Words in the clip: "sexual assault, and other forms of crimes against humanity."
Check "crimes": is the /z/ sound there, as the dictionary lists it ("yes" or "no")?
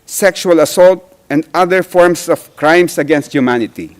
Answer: no